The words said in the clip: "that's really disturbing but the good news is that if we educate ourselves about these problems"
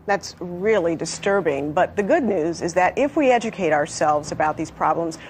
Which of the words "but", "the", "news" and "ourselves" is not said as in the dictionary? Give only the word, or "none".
none